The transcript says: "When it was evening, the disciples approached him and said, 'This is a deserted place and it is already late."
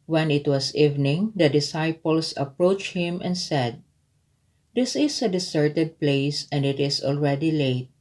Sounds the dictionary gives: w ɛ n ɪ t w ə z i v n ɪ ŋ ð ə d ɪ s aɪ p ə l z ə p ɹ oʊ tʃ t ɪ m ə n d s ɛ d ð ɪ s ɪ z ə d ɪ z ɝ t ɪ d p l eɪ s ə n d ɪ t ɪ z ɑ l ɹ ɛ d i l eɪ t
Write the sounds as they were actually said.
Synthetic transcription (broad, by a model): w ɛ n ɪ t w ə s i v n ɪ ŋ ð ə d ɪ s aɪ p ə l s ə p ɹ oʊ tʃ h ɪ m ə n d s ɛ d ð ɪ s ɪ s ə d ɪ s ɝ t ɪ d p l eɪ s ə n d ɪ t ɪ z ɑ l ɹ ɛ d i l eɪ t